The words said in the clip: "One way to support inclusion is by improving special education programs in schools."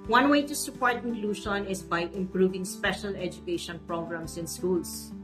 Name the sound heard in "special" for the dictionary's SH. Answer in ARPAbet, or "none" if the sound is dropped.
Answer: SH